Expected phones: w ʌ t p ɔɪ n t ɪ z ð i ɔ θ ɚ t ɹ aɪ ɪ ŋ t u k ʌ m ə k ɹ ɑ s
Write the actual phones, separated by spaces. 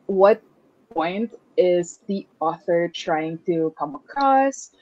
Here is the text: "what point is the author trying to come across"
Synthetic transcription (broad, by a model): w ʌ t p ɔɪ n t ɪ z ð i ɔ θ ɚ t ɹ aɪ ɪ ŋ t u k ʌ m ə k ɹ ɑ s